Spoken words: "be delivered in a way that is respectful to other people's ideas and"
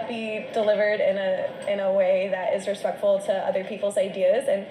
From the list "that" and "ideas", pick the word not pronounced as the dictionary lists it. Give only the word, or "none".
none